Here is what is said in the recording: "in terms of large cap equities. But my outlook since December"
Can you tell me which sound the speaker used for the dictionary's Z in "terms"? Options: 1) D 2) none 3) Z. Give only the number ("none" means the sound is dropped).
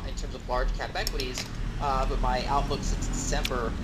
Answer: 3